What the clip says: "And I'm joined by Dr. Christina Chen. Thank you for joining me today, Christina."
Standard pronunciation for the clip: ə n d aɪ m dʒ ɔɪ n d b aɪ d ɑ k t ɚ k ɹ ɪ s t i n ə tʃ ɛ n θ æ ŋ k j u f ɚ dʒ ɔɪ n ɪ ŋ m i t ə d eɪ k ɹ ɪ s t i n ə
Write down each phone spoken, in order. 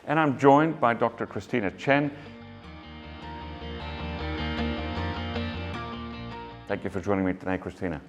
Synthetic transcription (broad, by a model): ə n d aɪ m dʒ ɔɪ n b aɪ d ɑ k t ɚ k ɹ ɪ s t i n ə tʃ ɛ n θ æ ŋ k j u f ɚ dʒ ɔɪ n ɪ ŋ m i t ə d eɪ k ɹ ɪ s t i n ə